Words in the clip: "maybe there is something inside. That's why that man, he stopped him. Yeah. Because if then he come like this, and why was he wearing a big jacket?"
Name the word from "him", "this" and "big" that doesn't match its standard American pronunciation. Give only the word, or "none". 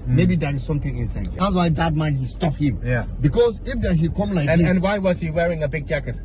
this